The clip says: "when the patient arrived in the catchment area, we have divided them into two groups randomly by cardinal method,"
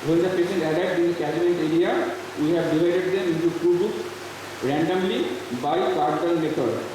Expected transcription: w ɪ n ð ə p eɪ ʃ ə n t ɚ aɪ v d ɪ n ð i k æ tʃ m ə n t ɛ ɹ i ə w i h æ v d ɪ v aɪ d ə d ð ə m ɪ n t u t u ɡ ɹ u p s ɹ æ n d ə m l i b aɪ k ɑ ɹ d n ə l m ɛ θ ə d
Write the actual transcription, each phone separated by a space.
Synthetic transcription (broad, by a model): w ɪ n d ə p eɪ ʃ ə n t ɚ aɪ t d ɪ n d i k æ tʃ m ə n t ɛ ɹ i ə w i h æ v d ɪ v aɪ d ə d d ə m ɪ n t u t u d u s ɹ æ n d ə m l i b aɪ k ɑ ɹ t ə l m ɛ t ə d